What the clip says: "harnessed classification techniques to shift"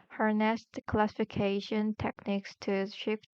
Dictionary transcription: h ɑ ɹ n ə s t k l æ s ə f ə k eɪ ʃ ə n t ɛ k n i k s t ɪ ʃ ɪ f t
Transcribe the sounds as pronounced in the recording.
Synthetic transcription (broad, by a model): h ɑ ɹ n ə s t k l æ s ə f ə k eɪ ʃ ə n t ɛ k n i k s t ɪ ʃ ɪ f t